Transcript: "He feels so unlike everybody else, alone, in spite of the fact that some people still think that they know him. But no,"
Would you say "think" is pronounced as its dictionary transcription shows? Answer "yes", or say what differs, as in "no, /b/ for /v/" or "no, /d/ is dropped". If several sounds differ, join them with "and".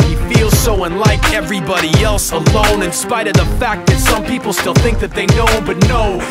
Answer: yes